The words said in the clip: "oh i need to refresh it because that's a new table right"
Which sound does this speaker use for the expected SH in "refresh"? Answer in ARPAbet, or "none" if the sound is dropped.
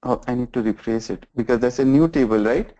S